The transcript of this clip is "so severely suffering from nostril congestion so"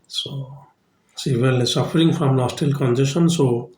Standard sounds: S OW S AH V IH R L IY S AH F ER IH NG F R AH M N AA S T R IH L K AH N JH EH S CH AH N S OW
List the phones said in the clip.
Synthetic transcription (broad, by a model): S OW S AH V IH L S AH F ER IH NG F R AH M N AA S T IH L K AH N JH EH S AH N S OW